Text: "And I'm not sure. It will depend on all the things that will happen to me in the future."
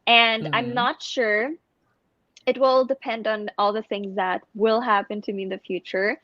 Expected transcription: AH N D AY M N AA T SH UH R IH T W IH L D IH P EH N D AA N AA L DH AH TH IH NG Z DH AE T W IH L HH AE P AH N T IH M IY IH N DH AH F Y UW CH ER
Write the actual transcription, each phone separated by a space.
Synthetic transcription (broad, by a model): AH N D AY M N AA T SH UH R IH T W IH L D IH P EH N D N AA L DH AH TH IH NG Z DH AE T W IH L HH AE P AH N T IH M IY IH N DH AH F Y UW CH ER